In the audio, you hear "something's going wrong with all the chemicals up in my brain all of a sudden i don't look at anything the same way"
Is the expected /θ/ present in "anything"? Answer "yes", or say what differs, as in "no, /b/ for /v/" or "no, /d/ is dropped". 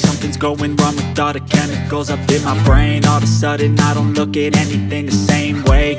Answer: yes